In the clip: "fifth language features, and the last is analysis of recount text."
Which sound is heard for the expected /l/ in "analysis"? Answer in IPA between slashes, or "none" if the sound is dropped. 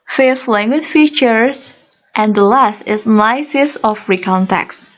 none